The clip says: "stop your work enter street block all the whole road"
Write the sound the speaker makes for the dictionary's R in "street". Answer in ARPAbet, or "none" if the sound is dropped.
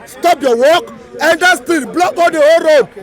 none